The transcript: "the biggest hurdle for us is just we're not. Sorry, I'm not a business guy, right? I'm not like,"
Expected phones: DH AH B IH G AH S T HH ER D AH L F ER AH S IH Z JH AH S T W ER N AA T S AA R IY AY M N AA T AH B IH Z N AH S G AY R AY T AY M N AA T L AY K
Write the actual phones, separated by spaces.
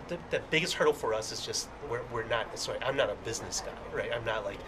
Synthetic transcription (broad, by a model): DH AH B IH G AH S T HH ER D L F ER AH S IH Z JH AH S T W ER N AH T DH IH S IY AY M N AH T AH B IH Z N AH S G AY R AY T AY M N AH T L AY K